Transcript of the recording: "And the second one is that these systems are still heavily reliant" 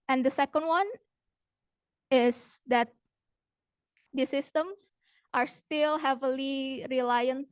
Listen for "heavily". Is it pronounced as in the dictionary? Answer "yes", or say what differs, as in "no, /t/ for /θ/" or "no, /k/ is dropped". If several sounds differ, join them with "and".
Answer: yes